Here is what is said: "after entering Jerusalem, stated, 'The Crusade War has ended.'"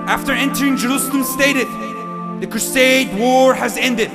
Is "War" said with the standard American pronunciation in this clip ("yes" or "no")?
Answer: yes